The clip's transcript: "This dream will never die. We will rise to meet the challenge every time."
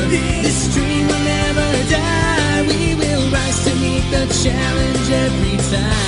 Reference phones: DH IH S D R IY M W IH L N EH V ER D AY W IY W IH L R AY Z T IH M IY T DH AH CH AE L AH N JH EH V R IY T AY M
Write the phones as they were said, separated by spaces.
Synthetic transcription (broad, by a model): DH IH S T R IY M W IH L N EH V ER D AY W IY W IH L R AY T IH M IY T DH AH CH AE L AH N JH EH V R IY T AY